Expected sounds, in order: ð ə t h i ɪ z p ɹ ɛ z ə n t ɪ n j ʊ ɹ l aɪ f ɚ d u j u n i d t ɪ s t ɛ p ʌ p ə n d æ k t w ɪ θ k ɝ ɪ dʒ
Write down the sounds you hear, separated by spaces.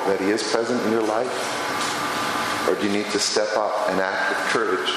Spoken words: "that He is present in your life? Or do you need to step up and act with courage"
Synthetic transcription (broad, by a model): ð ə t h i ɪ z p ɹ ɛ z ə n t ɪ n j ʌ ɹ l aɪ f ɚ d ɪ j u n i d t ɪ s t ɛ p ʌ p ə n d æ k t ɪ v k ɝ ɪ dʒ